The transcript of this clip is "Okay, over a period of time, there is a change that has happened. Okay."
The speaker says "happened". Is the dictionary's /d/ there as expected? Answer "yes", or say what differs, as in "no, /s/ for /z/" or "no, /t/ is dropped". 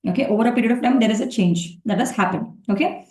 no, /d/ is dropped